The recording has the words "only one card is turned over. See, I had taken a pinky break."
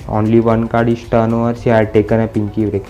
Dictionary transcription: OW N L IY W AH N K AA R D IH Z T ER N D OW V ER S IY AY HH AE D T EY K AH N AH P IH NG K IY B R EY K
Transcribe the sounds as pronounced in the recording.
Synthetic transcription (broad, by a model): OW N L IY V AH N K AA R D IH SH T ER N OW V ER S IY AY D T EY K AH N AH P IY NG K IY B R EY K